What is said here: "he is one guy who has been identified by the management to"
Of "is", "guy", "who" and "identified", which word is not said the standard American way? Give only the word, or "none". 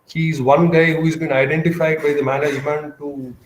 none